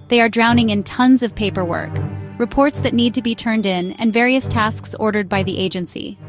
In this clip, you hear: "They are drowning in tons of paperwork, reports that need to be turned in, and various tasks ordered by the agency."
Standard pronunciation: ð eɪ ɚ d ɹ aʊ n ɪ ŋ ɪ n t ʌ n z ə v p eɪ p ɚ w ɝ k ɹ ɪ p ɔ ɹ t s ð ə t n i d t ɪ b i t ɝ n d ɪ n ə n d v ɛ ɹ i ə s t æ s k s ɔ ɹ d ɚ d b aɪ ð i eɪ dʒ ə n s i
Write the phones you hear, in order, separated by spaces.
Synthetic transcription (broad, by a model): ð eɪ ɚ d ɹ aʊ n ɪ ŋ ɪ n t ʌ n z ə v p eɪ p ɚ w ɝ k ɹ ɪ p ɔ ɹ t s ð ə t n i d t ɪ b i t ɝ n d ɪ n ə n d v ɛ ɹ i ə s t æ s k s ɔ ɹ d ɚ d b aɪ ð i eɪ dʒ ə n s i